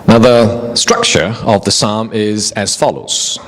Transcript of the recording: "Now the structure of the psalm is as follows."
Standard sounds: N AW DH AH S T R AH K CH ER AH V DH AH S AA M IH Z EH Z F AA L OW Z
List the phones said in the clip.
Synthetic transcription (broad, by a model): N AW DH AH S T R AH K CH ER AH V DH AH S AA M IH Z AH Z F AA L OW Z